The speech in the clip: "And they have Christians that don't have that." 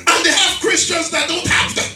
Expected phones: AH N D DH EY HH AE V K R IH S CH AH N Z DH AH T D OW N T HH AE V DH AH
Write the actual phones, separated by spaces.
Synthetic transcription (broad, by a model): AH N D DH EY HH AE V K R IH S CH AH N Z DH AH T D OW N T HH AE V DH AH